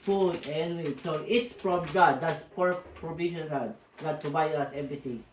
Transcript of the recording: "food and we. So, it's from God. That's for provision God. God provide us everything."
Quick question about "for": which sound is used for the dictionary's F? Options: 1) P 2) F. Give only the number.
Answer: 1